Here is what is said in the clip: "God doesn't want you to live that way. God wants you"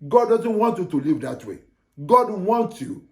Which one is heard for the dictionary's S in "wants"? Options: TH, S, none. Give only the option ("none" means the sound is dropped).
none